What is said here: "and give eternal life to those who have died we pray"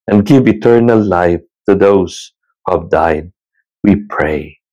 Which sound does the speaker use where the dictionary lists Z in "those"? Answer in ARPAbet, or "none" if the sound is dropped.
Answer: S